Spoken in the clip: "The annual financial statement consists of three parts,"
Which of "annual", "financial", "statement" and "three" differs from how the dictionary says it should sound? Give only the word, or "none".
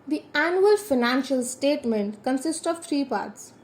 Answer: three